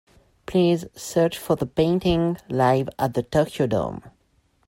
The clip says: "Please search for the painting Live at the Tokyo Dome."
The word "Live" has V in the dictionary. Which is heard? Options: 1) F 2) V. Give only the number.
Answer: 2